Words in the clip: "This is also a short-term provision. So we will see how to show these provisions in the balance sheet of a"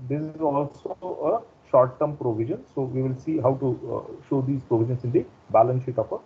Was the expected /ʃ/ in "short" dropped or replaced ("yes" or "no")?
no